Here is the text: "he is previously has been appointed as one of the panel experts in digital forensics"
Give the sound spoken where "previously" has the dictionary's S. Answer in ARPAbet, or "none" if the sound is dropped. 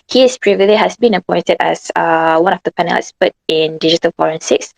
none